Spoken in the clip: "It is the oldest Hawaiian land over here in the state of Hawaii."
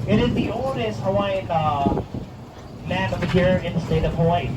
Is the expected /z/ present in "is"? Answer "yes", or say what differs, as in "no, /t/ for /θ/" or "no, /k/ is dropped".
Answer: yes